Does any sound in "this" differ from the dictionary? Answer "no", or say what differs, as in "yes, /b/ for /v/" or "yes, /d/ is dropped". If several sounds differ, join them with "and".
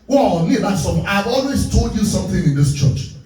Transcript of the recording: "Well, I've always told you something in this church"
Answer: no